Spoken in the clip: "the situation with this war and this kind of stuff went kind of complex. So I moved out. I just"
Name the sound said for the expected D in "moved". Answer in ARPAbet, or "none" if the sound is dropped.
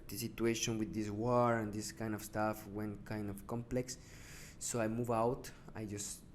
none